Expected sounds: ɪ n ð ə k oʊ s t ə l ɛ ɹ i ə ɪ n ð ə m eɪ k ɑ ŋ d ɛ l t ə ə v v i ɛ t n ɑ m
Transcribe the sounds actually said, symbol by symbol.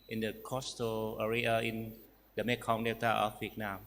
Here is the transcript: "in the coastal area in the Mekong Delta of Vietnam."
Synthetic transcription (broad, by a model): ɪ n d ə k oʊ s t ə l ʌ ɹ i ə ɪ n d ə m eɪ k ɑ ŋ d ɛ t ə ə f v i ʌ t n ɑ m